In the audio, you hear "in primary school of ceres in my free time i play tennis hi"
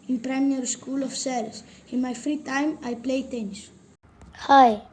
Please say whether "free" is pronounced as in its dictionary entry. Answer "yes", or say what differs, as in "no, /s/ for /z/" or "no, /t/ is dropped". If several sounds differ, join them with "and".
yes